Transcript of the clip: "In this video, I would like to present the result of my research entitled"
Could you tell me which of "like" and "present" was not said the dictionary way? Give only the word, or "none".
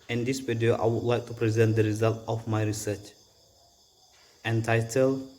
none